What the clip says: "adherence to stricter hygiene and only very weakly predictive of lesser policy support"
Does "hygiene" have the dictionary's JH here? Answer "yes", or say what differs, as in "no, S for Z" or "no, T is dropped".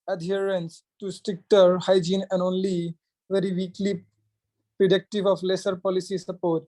yes